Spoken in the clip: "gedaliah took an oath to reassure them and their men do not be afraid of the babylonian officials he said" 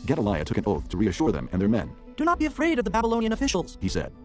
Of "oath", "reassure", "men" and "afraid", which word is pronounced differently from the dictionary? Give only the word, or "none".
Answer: none